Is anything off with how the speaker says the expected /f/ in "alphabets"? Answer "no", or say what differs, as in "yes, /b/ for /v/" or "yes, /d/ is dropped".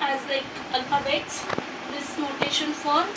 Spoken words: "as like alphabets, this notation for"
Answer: yes, /f/ is dropped